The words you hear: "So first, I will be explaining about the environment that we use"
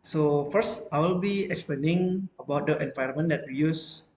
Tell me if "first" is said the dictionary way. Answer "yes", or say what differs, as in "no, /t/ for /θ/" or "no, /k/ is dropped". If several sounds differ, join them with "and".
yes